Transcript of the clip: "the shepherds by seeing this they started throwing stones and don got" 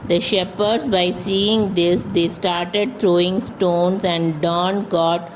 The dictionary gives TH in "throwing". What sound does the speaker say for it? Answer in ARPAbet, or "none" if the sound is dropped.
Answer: T